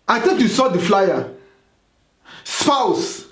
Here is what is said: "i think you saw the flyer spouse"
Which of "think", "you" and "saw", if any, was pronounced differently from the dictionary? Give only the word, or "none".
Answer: think